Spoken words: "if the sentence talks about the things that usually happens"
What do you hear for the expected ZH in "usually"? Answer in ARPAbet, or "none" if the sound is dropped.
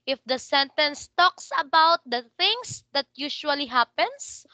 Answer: SH